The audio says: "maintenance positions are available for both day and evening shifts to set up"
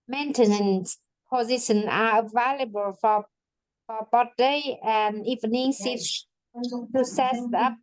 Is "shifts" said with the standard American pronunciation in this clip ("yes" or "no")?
no